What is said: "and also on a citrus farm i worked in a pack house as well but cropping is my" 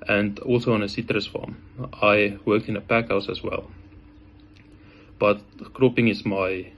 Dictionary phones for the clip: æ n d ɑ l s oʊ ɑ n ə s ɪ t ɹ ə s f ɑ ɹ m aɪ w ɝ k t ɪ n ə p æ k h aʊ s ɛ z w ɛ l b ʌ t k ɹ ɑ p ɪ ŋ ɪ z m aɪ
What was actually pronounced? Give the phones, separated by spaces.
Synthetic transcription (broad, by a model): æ n d ɑ l s oʊ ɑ n ə s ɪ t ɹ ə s f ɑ m aɪ w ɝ k t ɪ n ə p æ k h aʊ s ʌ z w ɛ l b ʌ t k ɹ ɑ p ɪ ŋ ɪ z m aɪ